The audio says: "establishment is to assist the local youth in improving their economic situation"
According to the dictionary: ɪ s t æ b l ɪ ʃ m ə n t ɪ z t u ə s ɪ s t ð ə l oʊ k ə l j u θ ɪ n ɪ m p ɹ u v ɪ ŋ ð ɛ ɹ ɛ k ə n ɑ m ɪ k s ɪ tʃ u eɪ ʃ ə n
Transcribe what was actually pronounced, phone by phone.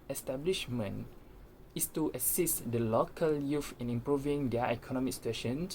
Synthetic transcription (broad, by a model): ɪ s t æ b l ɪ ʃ m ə n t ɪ s t u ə s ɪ s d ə l oʊ k ə l j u f ɪ n ɪ m p ɹ u v ɪ ŋ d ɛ ɛ k ə n ɑ m ɪ k s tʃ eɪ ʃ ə n